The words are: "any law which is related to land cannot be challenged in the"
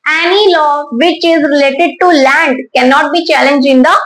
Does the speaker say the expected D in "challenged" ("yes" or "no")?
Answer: no